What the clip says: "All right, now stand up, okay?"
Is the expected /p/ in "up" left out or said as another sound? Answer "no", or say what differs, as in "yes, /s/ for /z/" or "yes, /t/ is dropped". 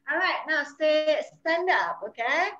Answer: no